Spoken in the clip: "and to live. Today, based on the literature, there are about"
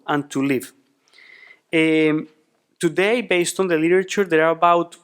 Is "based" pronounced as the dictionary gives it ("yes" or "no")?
yes